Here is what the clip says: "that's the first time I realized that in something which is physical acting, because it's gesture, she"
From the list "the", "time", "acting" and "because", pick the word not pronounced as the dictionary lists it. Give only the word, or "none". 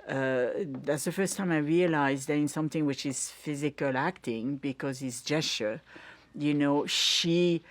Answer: none